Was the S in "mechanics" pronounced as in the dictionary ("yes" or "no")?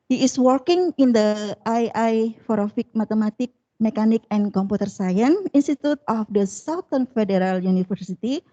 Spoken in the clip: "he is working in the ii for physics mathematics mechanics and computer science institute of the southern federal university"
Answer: no